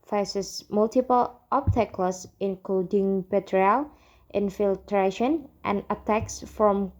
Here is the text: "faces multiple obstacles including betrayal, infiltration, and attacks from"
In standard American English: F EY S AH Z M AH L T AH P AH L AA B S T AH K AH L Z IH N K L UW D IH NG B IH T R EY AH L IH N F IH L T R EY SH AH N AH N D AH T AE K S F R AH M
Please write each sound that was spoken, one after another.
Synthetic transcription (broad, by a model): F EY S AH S M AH L T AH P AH L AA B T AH K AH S IH N K L UW D IH NG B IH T R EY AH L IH N F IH L T R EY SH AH N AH N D AH T AE K S F R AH M